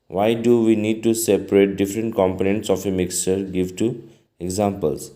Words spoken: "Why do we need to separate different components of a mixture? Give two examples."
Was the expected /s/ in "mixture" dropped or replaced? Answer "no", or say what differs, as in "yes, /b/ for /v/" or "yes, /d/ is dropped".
no